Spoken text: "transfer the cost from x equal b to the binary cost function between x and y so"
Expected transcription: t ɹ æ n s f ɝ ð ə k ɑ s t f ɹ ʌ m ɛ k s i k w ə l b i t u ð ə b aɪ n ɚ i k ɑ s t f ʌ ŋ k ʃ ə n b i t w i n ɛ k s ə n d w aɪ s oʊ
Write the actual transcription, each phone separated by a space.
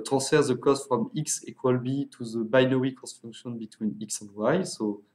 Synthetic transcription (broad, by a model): t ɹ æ s f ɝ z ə k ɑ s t f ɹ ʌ m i k s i k w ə l b i t u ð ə b aɪ n ɚ i k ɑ s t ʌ k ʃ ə n b i t w i n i k s ə n d w aɪ s oʊ